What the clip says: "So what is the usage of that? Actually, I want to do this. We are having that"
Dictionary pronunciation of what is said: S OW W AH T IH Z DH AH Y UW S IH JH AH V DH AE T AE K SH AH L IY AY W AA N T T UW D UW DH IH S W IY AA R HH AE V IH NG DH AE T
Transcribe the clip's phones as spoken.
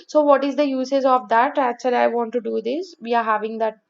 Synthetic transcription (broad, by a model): S OW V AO T IH Z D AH Y UW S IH Z AH V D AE T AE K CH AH L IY AY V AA N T T UW D UW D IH S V IY AA R HH AE V IH NG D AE T